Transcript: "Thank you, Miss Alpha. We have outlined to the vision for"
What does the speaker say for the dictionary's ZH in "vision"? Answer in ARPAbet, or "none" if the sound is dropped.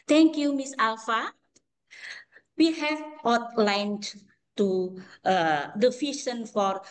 SH